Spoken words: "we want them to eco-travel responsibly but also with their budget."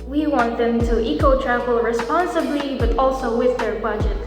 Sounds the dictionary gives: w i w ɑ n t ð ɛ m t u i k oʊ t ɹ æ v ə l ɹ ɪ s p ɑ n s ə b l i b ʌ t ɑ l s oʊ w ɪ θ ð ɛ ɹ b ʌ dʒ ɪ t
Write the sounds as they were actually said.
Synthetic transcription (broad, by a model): w i w ɑ n t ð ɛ m t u i k oʊ t ɹ æ v ə l ɹ ɪ s p ɑ n s ə b l i b ʌ t ɑ l s oʊ w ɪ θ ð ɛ ɹ b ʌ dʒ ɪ t